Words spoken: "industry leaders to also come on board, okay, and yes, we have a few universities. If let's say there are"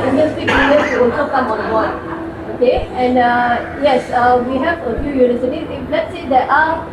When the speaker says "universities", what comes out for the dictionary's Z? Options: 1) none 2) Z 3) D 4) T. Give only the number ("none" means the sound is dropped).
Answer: 1